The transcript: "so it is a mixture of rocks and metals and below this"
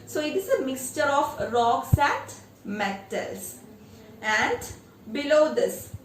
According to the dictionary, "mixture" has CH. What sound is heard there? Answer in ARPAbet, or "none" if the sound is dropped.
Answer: CH